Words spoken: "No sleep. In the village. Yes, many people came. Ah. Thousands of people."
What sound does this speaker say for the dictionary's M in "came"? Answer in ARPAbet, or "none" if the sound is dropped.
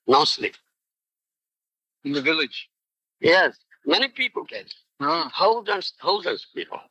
none